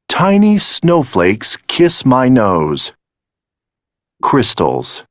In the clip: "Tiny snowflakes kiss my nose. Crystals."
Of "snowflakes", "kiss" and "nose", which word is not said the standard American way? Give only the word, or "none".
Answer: none